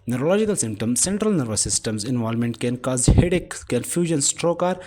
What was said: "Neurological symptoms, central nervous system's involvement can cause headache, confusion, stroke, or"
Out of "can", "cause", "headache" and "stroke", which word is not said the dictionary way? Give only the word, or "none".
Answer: none